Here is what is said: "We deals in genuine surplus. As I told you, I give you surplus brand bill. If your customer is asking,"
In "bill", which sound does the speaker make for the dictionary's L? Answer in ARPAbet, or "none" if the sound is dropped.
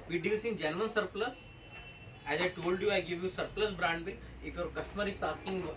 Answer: N